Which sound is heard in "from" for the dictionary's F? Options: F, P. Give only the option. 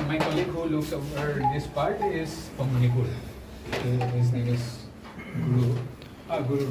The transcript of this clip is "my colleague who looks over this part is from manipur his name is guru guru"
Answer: P